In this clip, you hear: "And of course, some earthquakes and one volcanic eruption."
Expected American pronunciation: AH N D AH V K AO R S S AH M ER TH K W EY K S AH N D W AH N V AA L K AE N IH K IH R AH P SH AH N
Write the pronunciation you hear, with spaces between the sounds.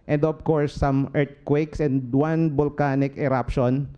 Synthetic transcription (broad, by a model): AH N D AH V K AO R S S AH M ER T K W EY K S AH N D W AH N B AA L K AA N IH K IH R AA P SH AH N